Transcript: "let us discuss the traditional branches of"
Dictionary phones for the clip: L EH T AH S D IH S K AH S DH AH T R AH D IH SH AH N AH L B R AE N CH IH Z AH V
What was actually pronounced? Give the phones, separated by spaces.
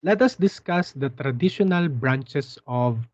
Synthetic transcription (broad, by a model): L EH T AH S D IH S K AH S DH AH T R AH D IH SH AH N AH L B R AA N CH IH S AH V